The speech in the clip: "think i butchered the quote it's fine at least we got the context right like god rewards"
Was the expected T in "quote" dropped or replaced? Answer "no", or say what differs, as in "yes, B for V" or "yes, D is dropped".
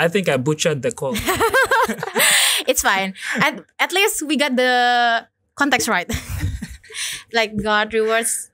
yes, T is dropped